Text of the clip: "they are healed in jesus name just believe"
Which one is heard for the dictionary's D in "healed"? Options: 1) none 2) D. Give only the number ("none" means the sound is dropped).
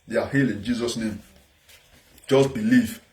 1